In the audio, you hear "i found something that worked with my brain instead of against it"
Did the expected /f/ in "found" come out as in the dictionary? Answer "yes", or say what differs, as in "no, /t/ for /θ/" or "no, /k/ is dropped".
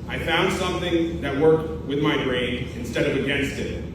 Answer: yes